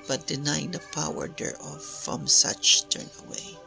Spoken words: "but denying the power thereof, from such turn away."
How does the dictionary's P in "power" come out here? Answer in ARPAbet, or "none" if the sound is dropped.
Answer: P